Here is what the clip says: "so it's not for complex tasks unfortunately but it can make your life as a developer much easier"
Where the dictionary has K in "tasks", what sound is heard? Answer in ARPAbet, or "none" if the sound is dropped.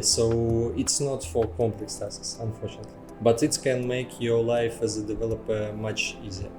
none